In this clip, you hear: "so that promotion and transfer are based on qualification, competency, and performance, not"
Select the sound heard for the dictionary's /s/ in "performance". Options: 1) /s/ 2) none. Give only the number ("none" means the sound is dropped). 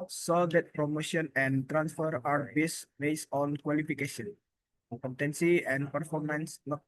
1